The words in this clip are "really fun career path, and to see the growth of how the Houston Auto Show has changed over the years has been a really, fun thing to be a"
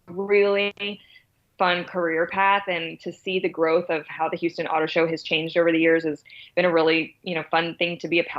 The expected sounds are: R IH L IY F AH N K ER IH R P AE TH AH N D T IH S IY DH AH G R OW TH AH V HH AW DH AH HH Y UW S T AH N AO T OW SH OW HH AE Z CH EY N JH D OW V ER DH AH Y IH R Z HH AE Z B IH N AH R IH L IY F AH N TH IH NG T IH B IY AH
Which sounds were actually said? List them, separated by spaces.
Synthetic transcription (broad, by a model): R IH L IY F AH N K ER IH R P AE TH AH N T IH S IY DH AH G R OW TH AH V HH AW DH AH HH Y UW S T AH N AO T OW SH OW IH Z CH EY N JH D OW V ER DH AH Y IH R Z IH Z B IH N AH R IH L IY F AH N TH IH NG T IH B IY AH